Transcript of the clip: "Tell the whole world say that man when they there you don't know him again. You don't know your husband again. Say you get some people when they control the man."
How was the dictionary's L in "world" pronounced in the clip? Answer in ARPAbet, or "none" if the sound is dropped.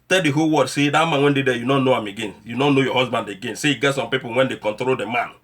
none